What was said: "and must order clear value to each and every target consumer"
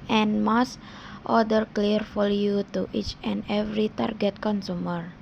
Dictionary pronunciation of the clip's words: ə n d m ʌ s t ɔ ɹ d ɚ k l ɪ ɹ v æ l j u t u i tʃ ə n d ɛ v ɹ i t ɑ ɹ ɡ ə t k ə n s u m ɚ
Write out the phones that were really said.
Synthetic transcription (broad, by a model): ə n m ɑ s t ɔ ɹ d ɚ k l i ɹ f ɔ l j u t u i tʃ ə n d ɛ v ɹ i t ɑ ɹ ɡ ə t k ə n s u m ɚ